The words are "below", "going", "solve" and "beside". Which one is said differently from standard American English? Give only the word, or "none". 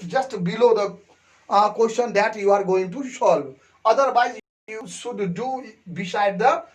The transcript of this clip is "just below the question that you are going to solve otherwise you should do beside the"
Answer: solve